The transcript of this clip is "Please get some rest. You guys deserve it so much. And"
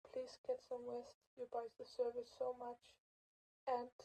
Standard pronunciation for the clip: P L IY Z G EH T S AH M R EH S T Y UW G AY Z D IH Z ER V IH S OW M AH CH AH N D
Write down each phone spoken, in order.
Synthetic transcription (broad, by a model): P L IY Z G EH T S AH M W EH S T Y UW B AY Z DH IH S ER V IH S OW M AH CH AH N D